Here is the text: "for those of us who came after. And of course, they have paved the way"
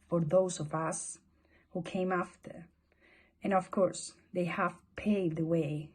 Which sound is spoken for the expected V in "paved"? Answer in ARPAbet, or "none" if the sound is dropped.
none